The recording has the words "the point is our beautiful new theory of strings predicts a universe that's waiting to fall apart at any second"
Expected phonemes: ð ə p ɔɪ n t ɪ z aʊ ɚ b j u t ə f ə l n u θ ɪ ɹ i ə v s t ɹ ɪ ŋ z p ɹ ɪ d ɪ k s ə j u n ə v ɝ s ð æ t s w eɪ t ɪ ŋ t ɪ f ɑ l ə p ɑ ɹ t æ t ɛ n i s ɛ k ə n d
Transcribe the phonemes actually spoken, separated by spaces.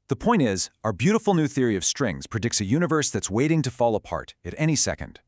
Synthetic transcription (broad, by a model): ð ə p ɔɪ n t ɪ z aʊ ɚ b j u t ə f l n u θ ɪ ɹ i ə v s t ɹ ɪ ŋ z p ɹ ɪ d ɪ k s ə j u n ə v ɝ s ð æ t s w eɪ t ɪ ŋ t ɪ f ɑ l ə p ɑ ɹ t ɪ t ɛ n i s ɛ k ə n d